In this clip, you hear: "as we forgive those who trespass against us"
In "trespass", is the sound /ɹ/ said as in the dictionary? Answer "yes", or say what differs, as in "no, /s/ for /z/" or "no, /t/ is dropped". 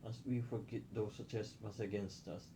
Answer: no, /ɹ/ is dropped